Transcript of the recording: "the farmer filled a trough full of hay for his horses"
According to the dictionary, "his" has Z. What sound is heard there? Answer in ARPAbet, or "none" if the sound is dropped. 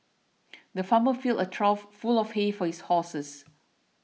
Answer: S